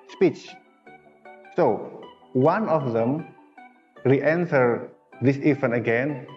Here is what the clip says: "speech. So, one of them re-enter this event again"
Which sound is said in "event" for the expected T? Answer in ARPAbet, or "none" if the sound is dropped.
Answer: none